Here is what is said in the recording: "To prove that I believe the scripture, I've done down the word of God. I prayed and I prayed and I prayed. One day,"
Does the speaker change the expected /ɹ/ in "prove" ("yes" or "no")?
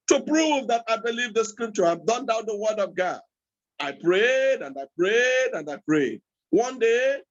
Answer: no